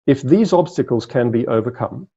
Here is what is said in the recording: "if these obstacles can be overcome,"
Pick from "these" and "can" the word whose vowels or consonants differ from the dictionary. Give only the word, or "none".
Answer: none